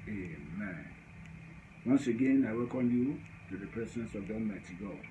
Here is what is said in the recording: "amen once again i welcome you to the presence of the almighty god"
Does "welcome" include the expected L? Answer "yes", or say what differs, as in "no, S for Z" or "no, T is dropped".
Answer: no, L is dropped